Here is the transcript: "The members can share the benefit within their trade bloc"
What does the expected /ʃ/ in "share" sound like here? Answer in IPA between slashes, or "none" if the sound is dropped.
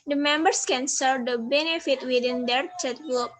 /s/